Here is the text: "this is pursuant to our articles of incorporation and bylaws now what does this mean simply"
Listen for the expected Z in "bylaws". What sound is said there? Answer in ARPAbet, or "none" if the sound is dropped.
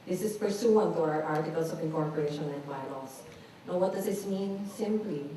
S